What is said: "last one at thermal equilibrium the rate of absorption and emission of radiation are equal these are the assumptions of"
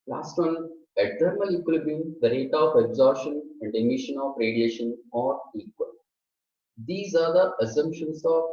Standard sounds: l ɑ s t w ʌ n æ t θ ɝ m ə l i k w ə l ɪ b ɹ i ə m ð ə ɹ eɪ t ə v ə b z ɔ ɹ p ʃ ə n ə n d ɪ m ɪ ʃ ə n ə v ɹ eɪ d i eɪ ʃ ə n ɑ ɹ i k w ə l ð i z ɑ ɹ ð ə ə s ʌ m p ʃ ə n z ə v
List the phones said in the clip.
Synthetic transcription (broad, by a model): l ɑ s t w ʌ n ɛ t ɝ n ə l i k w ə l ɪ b i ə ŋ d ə ɹ eɪ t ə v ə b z ɔ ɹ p ʃ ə n ə n d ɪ m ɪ ʃ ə n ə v ɹ eɪ d i eɪ ʃ ə n ɑ ɹ i k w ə l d i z ɑ ɹ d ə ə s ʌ m p ʃ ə n s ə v